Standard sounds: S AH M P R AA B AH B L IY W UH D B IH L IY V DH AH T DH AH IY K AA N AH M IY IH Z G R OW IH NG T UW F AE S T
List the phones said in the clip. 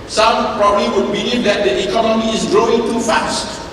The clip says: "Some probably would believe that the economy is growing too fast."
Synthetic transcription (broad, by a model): S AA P R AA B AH L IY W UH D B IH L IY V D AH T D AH IY K AA N AH M IY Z G R OW IH NG T UW F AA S